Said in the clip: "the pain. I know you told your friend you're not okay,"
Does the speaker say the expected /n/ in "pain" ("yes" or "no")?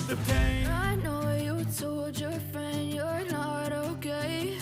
no